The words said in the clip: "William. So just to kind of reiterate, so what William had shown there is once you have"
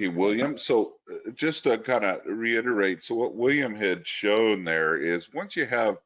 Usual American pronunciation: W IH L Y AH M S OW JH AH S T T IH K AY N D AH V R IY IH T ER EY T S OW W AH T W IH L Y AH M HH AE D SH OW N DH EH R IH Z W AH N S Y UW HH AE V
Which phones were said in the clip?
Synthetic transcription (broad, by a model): W IH L Y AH M S OW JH AH S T T IH K AY N D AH R IY IH T ER EY T S OW W AH T W IH L Y AH M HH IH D SH OW N DH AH R IH Z W AH N S Y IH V